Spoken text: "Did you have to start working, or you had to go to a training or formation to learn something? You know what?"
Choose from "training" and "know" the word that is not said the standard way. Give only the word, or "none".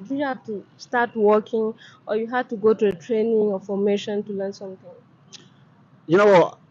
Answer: none